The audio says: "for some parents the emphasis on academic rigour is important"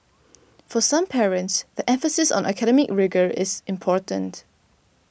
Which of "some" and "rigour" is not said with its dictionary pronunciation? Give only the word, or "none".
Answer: none